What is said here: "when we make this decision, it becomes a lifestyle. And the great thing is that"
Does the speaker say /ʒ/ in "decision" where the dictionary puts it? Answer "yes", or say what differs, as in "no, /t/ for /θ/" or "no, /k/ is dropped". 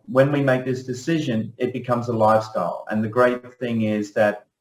yes